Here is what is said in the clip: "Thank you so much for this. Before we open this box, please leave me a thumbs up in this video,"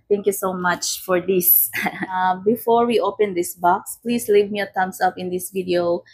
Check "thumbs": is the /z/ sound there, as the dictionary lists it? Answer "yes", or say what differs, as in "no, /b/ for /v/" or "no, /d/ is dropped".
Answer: no, /s/ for /z/